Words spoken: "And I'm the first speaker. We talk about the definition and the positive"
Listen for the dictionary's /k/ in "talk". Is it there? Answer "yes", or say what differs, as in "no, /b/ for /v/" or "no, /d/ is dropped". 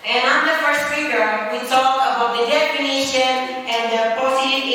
no, /k/ is dropped